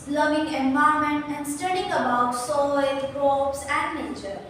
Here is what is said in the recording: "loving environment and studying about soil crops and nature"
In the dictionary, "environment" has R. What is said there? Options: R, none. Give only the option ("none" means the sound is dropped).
none